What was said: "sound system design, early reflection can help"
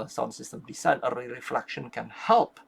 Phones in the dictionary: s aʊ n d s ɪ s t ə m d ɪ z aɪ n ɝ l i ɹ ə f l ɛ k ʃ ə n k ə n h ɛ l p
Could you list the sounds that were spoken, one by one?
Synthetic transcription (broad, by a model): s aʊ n s ɪ s t ə m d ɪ s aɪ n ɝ i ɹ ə f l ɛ k ʃ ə n k ə n h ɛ l p